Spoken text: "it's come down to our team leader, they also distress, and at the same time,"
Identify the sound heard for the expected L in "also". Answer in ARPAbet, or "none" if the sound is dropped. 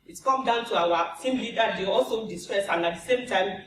L